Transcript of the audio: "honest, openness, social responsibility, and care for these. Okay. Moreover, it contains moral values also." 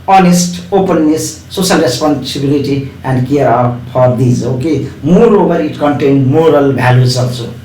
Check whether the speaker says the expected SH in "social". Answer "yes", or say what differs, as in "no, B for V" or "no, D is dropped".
no, S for SH